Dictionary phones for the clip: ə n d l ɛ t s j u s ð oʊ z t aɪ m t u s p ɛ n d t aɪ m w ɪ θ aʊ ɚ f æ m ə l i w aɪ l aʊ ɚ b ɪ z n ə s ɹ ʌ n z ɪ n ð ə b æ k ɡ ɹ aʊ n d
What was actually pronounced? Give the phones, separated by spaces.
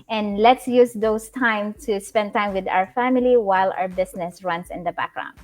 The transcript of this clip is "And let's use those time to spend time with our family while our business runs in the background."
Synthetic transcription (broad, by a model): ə n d l ɛ t s j u s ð oʊ s t aɪ m t u s p ɛ n d t aɪ m w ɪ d aʊ ɚ f æ m ə l i w aɪ l aʊ ɚ b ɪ s n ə s ɹ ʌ n s ɪ n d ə b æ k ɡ ɹ aʊ n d